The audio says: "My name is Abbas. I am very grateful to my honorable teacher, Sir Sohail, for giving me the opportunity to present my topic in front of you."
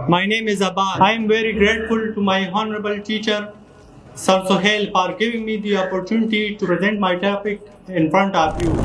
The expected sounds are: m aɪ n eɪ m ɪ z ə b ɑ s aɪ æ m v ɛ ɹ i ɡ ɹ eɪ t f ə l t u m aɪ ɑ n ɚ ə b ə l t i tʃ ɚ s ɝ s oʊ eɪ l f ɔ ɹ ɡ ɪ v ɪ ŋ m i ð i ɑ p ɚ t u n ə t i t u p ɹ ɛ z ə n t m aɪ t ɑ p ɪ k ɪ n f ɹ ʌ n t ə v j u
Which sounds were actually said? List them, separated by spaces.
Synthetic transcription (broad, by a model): m aɪ n eɪ m ɪ z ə b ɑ aɪ m v ɛ ɹ i ɡ ɹ eɪ t f ə l t u m aɪ ɑ n ɚ ə b ə l t i tʃ ɚ s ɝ s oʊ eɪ l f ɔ ɹ ɡ ɪ v ɪ ŋ m i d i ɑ p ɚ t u n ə t i t u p ɹ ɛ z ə n t m aɪ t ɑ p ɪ k ɪ n f ɹ ʌ n t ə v j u